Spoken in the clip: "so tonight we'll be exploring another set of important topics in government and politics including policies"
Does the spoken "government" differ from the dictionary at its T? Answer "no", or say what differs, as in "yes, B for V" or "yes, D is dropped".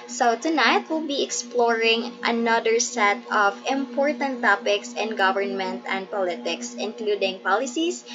no